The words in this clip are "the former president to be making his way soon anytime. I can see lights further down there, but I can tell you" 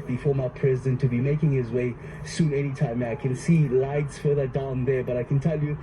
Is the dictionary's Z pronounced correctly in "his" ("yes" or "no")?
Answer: yes